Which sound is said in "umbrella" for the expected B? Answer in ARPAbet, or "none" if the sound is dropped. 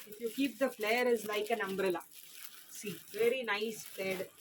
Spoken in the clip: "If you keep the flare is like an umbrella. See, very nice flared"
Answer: B